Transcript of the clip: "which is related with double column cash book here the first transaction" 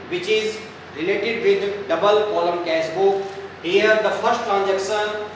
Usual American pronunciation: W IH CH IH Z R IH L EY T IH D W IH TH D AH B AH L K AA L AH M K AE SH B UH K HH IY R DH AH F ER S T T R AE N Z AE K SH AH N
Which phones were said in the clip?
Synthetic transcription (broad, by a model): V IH CH IH Z R IH L EY T IH D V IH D D AH B AH L K AA L AH M K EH S B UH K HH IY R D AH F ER S T T R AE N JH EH K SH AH N